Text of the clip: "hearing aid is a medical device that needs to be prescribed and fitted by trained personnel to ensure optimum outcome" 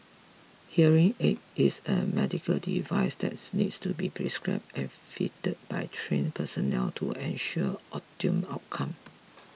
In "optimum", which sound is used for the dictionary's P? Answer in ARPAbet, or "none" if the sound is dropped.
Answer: none